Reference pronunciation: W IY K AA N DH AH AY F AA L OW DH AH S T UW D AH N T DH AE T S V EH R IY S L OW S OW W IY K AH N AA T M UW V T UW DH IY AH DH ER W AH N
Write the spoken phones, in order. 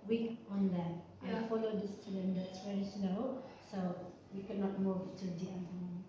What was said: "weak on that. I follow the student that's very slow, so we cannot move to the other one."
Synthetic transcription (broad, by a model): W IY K AA N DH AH AY F AA L OW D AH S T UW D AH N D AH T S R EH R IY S N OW S OW W IY K AH N AA T M UW V T UW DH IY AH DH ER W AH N